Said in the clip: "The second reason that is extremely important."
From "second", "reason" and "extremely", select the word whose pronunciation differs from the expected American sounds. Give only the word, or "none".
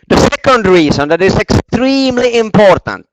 reason